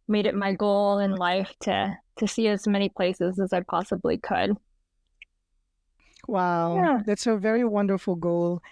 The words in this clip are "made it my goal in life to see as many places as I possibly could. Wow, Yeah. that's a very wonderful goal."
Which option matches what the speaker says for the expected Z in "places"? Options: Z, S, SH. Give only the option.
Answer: Z